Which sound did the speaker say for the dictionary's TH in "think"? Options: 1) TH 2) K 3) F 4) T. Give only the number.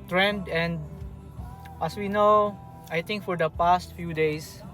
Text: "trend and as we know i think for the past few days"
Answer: 4